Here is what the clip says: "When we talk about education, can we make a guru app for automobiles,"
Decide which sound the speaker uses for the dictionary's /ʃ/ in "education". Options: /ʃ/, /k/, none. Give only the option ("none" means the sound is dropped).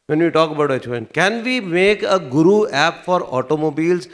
none